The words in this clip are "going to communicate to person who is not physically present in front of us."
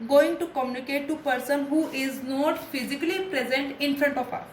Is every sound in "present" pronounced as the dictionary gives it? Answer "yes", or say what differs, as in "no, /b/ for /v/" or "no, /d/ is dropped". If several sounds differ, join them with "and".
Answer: yes